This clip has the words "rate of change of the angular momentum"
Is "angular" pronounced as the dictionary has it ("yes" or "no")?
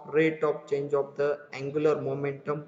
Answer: yes